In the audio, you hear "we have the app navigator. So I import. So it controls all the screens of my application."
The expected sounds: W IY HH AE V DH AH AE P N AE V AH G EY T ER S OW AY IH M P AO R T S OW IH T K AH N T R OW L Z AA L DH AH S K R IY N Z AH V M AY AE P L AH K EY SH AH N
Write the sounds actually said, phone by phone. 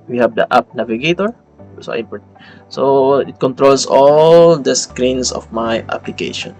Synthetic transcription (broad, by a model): W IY HH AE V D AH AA P N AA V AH G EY T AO S OW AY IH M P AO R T S OW IH T K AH N T R OW L S AA L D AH S K R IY N S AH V M AY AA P L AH K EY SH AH N